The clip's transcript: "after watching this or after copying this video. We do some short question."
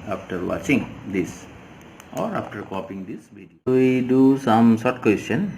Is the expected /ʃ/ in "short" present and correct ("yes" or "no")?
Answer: no